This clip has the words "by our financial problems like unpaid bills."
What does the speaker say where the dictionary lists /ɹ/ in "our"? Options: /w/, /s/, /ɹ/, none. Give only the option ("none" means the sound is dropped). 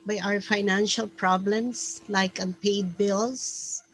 /ɹ/